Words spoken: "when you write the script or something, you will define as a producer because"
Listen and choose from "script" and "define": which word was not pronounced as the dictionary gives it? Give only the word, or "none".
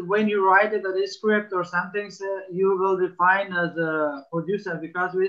none